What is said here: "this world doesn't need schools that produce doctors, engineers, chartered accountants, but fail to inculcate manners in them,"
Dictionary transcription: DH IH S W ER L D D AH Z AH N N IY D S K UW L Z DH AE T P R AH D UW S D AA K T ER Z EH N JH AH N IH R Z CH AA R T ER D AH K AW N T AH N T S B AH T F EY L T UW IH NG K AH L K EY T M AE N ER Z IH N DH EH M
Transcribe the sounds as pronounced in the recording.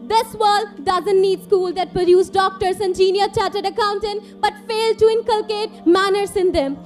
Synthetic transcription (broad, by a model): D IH S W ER L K D AH Z AH N N IY D S K UW L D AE T P R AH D UW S D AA K T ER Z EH N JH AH N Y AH CH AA T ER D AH K AW N T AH N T B AH T F EY L T UW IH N K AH L K EY T M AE N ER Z IH N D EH M